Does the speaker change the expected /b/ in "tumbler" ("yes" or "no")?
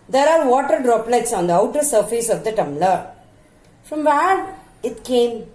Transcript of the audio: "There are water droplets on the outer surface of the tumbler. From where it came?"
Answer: yes